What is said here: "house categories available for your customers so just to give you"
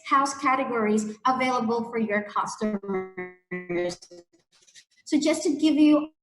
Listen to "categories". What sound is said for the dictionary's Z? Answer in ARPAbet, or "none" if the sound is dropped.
Z